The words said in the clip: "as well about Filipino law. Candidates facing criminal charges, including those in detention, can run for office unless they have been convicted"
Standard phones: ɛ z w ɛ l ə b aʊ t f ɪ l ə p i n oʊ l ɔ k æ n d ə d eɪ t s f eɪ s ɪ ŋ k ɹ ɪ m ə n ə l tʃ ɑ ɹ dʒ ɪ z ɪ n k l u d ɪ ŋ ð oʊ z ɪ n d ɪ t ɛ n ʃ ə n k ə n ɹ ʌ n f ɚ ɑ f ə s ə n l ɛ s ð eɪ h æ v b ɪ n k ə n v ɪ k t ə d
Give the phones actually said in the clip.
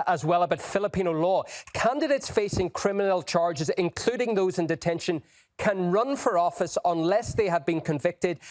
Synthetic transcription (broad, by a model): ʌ z w ɛ l ə b aʊ t f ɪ l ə p i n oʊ l ɔ k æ n d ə d eɪ t s f eɪ s ɪ ŋ k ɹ ɪ m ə n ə l tʃ ɑ ɹ dʒ ɪ z ɪ n k l u d ɪ ŋ ð oʊ z ɪ n d ɪ t ɛ n ʃ ə n k ə n ɹ ʌ n f ɚ ɑ f ə s ə n l ɛ s ð eɪ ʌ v b ɪ n k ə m v ɪ k t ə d